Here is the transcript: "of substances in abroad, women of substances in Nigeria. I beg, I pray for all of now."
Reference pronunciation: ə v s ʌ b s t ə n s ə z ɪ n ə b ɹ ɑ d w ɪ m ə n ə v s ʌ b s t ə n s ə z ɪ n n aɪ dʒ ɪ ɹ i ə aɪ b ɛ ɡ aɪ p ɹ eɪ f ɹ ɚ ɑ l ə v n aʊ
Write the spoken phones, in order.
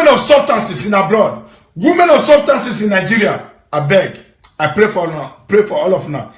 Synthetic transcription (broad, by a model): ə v s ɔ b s t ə n s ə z ɪ n ə b ɹ ɑ d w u m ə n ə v s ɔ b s t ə n s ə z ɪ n n aɪ dʒ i ɹ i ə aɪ b ɛ ɡ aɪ p ɹ eɪ p ɹ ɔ ɑ l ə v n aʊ